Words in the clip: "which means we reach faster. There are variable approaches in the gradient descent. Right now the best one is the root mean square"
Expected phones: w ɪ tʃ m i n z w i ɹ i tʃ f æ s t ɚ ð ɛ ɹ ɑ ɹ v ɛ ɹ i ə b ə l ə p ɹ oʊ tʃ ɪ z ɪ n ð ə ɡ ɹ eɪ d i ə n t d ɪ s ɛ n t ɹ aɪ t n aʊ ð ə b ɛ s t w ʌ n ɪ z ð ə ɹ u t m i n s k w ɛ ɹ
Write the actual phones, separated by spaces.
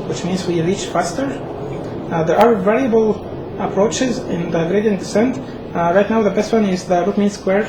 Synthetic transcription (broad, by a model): w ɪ tʃ m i n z w i ɹ i tʃ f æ s t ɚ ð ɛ ɹ ɑ ɹ v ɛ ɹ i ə b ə l ə p ɹ oʊ tʃ ɪ z ɪ n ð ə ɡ ɹ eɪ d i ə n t d ɪ s ɛ n t ɹ aɪ t n aʊ ð ə b ɛ s t w ʌ n ɪ z ð ə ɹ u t m i n s k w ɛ ɹ